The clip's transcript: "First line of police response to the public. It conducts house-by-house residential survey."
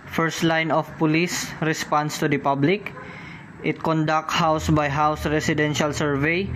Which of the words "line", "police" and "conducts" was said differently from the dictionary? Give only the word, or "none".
conducts